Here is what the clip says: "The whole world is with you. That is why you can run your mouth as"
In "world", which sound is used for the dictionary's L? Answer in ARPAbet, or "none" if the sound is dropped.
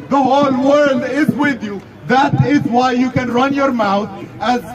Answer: L